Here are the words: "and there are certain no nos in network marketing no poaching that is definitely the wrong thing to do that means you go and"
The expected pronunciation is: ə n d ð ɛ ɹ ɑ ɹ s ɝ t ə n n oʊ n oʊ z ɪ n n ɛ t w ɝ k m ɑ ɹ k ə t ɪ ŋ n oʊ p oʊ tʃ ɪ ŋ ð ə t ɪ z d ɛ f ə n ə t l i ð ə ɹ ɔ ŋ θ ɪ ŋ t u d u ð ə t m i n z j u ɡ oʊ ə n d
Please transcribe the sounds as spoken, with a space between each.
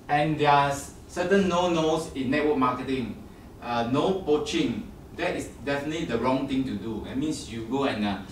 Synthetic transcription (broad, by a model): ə n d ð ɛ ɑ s s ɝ t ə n n oʊ n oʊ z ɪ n n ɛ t w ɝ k m ɑ k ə t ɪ ŋ n oʊ p oʊ tʃ ɪ ŋ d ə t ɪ s d ɛ f ə n ə t l i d ə ɹ ɔ ŋ t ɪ ŋ t u d u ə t m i n s j u ɡ oʊ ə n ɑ